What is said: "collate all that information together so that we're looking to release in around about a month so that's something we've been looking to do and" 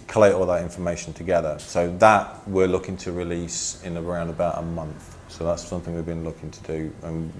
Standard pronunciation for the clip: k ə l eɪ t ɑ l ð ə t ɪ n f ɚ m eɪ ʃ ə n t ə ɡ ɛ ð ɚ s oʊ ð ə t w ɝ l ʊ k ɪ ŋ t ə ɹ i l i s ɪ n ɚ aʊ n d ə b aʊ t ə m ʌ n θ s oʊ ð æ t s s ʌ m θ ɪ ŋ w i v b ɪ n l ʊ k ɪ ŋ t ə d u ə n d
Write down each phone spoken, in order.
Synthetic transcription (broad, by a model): k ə l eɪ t ɑ l ð ə t ɪ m f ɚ m eɪ ʃ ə n t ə ɡ ɛ ð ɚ s oʊ ð ə t w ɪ l ʊ k ɪ ŋ t ə ɹ i l i s ɪ n ɚ aʊ n d ə b aʊ t ə m ʌ n θ s oʊ ð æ t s s ʌ m θ ɪ ŋ w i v b ɪ n l ʊ k ɪ ŋ t ə d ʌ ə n